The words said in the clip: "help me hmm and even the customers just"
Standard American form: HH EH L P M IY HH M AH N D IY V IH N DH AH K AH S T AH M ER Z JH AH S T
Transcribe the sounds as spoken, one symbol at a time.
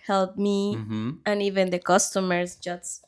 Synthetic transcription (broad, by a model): HH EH L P M IY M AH N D IY V IH N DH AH K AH S T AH M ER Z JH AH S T